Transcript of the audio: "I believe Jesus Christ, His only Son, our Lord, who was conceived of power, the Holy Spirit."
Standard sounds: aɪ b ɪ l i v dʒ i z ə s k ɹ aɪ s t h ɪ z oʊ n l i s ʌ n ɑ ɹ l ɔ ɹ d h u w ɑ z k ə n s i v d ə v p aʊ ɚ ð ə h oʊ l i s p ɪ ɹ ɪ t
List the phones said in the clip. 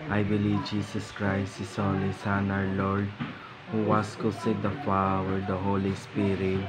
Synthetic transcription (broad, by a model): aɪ b ɪ l i v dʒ i s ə s k ɹ aɪ s t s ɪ s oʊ l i s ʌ n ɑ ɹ l ɔ ɹ d h u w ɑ s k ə s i d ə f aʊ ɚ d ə h oʊ l i s p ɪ ɹ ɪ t